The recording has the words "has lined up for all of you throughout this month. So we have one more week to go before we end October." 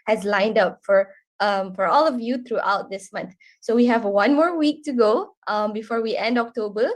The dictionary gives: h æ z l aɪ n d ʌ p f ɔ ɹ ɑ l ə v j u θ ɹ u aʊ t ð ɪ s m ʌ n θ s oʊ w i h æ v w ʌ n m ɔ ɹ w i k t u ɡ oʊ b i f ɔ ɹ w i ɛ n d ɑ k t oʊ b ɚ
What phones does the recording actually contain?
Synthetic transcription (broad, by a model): h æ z l aɪ n d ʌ p f ɔ ɹ ɑ l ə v j u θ ɹ u aʊ t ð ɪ s m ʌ n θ s oʊ w i h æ v w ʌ n m ɔ ɹ w i k t u ɡ oʊ b i f ɔ ɹ w i ɛ n d ɑ k t oʊ b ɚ